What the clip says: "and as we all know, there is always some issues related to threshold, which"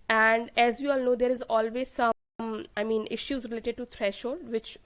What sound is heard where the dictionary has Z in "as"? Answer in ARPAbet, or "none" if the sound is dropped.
Z